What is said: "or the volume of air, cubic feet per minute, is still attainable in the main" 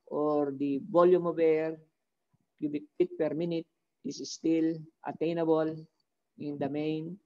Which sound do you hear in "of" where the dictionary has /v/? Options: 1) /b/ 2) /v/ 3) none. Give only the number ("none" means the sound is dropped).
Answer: 1